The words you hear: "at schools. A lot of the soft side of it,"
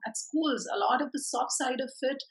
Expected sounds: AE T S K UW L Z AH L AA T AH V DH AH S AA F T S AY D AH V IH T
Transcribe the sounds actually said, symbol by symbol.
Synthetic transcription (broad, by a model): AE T S K UW L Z AH L AA T AH V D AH S AA F T S AY D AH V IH T